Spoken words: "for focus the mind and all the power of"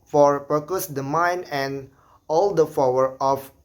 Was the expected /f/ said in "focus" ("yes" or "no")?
no